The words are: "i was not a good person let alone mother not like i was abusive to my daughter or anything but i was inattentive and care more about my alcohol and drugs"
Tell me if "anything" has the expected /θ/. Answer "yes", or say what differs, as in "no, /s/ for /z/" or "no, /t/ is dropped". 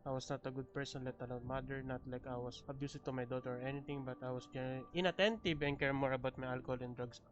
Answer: no, /t/ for /θ/